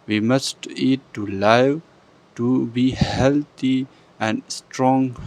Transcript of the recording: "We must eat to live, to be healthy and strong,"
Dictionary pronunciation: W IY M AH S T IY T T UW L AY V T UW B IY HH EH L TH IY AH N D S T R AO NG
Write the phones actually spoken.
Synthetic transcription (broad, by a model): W IY M AH S T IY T T UW L AY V T UW B IY HH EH L T IY AH N D S T R AO NG